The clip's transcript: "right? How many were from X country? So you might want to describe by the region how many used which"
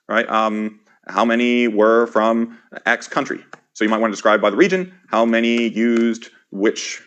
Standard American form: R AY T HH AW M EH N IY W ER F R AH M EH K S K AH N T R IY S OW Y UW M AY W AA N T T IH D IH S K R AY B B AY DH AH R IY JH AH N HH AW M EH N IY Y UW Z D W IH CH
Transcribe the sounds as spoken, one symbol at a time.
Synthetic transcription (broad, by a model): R AY T HH AW M EH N IY W ER F R AH M EH K S K AH N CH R IY S OW Y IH M AY W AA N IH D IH S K R AY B B AY DH AH R IY JH AH N HH AW M EH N IY Y UW Z D W IH CH